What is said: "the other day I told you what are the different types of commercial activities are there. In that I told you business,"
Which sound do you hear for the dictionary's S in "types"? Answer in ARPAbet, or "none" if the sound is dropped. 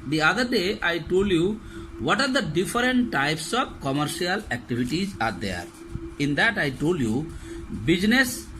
S